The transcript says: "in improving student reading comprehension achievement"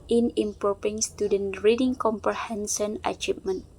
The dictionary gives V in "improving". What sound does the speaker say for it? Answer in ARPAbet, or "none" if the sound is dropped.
P